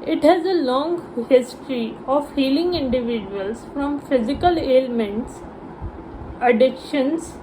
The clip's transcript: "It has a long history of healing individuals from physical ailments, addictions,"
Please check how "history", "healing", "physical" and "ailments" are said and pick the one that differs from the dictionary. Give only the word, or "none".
none